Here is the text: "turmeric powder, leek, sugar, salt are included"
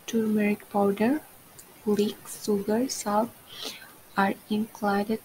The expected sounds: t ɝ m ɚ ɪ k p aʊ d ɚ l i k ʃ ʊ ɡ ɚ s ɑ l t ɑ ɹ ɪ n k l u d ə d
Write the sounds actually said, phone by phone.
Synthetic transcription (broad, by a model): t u m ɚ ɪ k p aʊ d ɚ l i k s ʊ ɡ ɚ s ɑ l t ɑ ɹ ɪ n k l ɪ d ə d